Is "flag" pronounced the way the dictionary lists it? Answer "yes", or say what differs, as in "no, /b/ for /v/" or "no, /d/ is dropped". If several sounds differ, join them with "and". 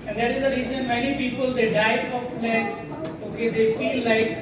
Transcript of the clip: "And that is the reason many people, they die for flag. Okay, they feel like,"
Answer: no, /ɡ/ is dropped